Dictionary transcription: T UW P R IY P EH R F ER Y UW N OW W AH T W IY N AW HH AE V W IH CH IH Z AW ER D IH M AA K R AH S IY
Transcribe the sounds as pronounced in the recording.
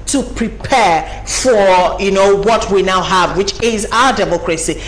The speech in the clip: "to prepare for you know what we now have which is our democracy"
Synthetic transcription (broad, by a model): T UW P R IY P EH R F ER Y UW N OW W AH T W IY N AW HH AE V W IH CH IH Z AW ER D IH M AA K R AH S IY